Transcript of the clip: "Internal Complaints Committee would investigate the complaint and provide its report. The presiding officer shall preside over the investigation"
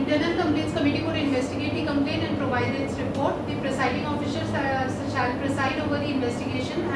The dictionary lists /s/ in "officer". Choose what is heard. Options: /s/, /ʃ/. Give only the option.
/ʃ/